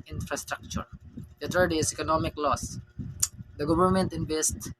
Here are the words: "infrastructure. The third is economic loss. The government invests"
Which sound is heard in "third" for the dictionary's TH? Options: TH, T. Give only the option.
T